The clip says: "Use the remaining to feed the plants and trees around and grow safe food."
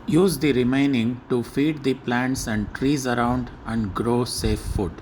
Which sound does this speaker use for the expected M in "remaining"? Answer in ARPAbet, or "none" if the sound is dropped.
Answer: M